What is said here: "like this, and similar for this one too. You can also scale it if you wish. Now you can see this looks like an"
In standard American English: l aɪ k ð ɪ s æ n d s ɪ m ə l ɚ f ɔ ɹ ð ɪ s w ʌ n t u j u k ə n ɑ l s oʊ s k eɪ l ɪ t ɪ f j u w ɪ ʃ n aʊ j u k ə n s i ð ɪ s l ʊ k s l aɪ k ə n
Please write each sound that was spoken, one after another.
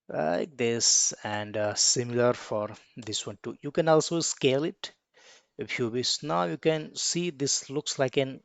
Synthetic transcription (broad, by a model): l aɪ k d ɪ s æ n d s ɪ m ə l ɚ f ɔ ɹ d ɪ s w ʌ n t u j u k ə n ɑ l s oʊ s k eɪ l ɪ t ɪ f j u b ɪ s n aʊ j u k ə n s i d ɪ s l ʊ k s l aɪ k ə n